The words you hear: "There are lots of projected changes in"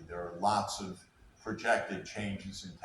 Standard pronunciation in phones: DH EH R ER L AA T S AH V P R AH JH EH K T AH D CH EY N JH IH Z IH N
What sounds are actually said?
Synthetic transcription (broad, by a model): DH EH R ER L AA T S AH V P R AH JH EH K T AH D CH EY N JH IH Z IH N